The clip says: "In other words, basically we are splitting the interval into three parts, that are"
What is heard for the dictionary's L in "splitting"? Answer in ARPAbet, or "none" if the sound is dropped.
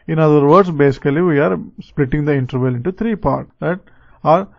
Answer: L